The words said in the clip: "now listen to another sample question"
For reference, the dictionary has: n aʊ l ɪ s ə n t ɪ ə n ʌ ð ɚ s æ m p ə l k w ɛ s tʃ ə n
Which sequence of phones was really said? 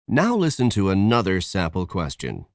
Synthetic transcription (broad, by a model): n aʊ l ɪ s ə n t ɪ ə n ʌ ð ɚ s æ p l k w ɛ s tʃ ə n